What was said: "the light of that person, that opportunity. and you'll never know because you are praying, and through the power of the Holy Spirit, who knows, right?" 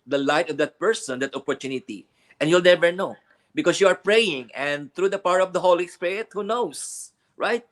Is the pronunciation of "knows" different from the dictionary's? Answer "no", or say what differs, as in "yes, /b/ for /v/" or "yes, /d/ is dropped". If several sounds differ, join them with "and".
yes, /s/ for /z/